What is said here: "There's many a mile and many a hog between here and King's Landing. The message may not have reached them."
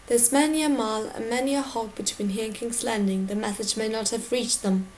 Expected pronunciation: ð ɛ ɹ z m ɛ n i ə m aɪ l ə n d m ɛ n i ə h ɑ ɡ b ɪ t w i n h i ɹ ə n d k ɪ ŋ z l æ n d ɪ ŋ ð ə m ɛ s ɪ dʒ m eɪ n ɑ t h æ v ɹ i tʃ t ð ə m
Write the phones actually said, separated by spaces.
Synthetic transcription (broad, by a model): ð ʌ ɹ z m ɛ n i ə m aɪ l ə n m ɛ n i ə h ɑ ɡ b ɪ t w i n h i ɹ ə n k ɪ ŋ s l æ n d ɪ ŋ ð ə m ɛ θ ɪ z m eɪ n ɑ t h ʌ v ɹ i tʃ ð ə m